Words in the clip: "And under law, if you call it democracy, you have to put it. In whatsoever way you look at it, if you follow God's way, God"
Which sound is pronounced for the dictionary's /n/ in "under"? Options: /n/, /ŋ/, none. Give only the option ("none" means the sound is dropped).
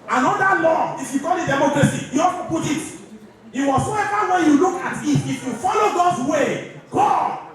none